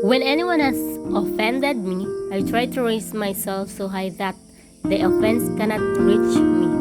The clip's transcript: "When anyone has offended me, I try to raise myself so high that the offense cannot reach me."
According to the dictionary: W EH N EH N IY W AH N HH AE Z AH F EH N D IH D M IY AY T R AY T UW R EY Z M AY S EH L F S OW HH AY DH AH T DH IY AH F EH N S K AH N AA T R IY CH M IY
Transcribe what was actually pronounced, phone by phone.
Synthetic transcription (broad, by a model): W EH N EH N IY W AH N HH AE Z AH F EH N D IH D M IY AY T R AY T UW R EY S M AY S EH L F S OW HH AY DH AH T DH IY AH F EH N S K AH N AA T W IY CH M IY